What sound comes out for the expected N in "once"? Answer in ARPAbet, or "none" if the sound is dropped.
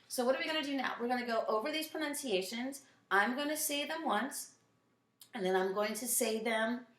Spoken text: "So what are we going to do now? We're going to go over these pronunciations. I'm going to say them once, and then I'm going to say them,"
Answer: N